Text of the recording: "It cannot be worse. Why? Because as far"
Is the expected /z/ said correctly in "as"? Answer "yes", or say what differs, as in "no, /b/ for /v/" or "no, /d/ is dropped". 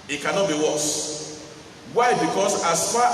no, /s/ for /z/